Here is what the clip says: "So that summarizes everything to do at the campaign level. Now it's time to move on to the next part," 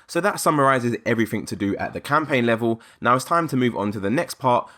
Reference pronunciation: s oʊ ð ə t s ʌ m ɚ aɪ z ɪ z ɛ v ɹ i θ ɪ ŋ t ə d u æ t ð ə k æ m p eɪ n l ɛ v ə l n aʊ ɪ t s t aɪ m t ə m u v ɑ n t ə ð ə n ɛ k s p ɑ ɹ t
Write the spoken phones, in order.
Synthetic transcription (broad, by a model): s oʊ ð ə t s ʌ m ɚ aɪ z ɪ z ɛ v ɹ i θ ɪ ŋ t ə d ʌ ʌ t ð ə k æ m p eɪ n l ɛ v ə l n aʊ ɪ t s t aɪ m t ə m u v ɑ n t ə ð ə n ɛ k s p ɑ t